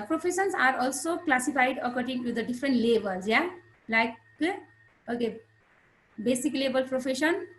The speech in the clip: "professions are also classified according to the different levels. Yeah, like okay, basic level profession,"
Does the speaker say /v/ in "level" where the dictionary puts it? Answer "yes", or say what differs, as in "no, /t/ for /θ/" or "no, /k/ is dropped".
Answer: no, /b/ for /v/